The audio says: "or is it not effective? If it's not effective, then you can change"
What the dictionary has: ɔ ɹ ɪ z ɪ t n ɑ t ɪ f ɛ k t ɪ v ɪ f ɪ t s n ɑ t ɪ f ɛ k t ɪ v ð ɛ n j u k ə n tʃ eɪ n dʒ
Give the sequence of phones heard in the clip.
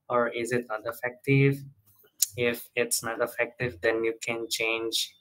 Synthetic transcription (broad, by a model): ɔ ɹ ɪ z ɪ t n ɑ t ɪ f ɛ k t ɪ v ɪ f ɪ t s n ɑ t ɪ f ɛ k t ɪ v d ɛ n j u k ə n tʃ eɪ n dʒ